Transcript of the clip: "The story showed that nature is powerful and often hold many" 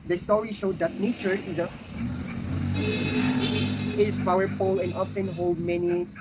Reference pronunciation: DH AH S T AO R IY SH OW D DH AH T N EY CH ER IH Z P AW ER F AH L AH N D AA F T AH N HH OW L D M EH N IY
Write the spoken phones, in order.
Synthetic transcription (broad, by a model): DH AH S T AO R IY SH OW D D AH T N EY CH ER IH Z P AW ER P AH L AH N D AA F T AH N HH OW L D M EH N IY